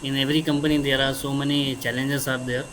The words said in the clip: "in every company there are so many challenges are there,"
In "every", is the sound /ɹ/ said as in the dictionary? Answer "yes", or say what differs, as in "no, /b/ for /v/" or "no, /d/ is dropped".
yes